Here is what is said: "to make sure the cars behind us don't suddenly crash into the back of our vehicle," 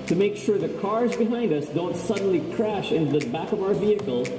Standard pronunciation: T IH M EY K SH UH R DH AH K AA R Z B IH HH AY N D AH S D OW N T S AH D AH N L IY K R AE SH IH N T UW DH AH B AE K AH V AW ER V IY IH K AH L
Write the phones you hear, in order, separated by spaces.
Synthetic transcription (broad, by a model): T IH M EY K SH UH R DH AH K AA R Z B IH HH AY N D AH S D OW N T S AH D N L IY K R AE SH IH N T UW DH AH B AE K AH V AW ER V IY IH K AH L